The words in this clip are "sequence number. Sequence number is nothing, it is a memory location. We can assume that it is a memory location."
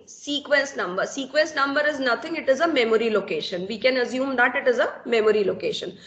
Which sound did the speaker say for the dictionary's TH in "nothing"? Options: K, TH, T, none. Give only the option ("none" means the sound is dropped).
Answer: T